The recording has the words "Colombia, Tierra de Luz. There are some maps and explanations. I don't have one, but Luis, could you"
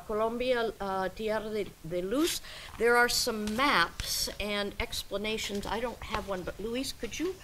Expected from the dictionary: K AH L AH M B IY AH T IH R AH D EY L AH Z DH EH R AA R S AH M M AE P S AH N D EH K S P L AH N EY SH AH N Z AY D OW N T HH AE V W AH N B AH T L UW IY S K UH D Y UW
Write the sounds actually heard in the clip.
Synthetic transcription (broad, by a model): K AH L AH M B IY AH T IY AH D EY L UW S DH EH R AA R S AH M M AE P S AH N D EH K S P L AH N EY SH AH N Z AY D OW N T HH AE V W AH N B AH T L UW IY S K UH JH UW